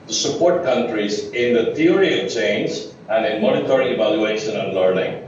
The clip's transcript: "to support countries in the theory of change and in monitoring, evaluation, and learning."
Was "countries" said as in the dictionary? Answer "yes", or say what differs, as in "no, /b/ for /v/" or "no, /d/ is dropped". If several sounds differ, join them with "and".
yes